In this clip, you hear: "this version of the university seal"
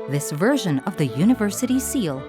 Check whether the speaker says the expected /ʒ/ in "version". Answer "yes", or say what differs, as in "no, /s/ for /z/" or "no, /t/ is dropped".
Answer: yes